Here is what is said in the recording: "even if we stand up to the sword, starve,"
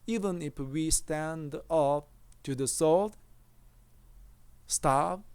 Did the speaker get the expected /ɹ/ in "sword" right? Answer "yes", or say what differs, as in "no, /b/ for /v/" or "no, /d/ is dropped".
no, /l/ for /ɹ/